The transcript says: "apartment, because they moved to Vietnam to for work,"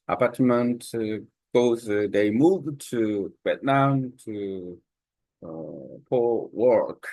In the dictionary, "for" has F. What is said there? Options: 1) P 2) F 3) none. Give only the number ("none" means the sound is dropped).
1